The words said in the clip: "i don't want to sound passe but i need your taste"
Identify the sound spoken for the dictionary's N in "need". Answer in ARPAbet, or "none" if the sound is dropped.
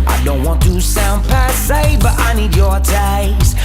N